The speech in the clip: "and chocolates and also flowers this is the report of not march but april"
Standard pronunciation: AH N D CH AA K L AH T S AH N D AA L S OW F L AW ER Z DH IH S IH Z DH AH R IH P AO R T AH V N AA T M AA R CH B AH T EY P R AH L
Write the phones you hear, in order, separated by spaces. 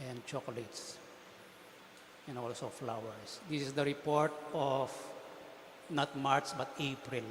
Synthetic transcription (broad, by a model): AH N D CH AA K L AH T S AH N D AA L S OW F L AW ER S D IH S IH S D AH R IH P AO R T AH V N AA T M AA R S B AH T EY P R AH L